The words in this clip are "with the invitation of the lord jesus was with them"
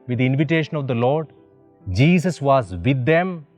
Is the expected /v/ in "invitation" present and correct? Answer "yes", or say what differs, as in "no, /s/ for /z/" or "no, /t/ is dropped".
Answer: yes